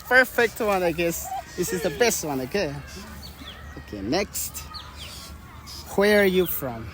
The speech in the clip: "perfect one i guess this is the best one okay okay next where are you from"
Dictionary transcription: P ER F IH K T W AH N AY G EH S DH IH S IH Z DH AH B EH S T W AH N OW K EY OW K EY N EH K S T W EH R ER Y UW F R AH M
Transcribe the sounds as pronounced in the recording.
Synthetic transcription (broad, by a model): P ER F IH K T W AH N AY G EH S DH IH S IH Z DH AH B EH S T W AH N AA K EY OW K EY N EH K S T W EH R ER Y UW F R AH M